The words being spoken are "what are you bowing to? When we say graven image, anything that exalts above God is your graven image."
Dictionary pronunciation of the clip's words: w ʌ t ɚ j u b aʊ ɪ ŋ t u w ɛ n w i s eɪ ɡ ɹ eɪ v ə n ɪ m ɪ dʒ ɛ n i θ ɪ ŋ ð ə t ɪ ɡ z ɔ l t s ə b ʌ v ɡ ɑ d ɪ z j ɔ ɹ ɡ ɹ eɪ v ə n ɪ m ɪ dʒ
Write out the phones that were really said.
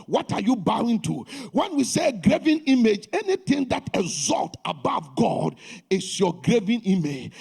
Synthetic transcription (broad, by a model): w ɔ t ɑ j u b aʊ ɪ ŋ t u w ɛ n w i s eɪ ɡ ɹ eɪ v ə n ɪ m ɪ dʒ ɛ n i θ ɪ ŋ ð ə t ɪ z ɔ l t ə b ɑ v ɡ ɑ d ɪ s j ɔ ɡ ɹ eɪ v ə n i m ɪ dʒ